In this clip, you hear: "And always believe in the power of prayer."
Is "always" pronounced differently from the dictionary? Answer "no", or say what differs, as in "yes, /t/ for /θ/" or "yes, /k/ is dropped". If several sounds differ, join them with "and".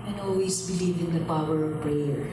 yes, /s/ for /z/